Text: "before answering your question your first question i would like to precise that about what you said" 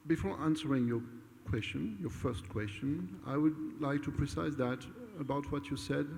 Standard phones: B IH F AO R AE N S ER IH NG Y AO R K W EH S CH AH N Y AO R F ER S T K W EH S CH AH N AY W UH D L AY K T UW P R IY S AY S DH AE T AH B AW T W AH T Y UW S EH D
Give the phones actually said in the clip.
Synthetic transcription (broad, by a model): B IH F AO R AE N S ER IH NG Y AO R K W EH S CH AH N Y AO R F ER S T K W EH S CH AH N AY W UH D L AY K T UW P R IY S AY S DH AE T AH B AW T W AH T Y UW S EH D